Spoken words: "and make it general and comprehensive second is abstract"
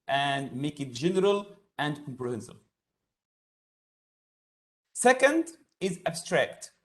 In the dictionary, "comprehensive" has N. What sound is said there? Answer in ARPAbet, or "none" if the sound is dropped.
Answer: N